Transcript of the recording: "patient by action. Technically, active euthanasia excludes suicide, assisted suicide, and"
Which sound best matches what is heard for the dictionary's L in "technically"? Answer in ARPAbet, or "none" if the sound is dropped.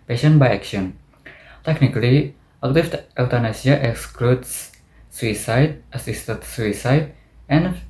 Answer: L